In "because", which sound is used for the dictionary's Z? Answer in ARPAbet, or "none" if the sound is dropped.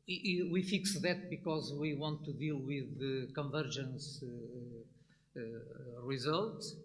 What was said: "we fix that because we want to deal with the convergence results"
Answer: Z